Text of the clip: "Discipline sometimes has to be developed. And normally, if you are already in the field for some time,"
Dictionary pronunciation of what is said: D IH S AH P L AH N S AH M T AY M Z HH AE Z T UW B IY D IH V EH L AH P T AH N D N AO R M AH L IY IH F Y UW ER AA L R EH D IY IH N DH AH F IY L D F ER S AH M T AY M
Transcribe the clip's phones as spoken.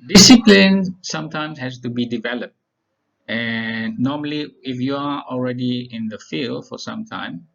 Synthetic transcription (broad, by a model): D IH S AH P L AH N S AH M T AY M S HH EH S T UW B IY D IH V EH L AH P T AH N N AO M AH L IY IH F Y UW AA AA L R EH D IY IH N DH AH F IY L D F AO S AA M T AY M